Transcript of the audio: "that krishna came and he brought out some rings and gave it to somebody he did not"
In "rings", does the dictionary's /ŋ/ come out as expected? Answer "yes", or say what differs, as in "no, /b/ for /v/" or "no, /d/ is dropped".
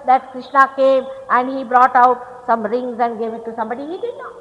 yes